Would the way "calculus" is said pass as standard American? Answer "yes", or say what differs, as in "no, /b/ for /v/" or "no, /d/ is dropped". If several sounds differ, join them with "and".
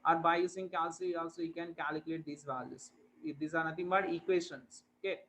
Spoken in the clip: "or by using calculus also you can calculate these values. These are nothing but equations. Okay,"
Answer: no, /l/ is dropped and /s/ is dropped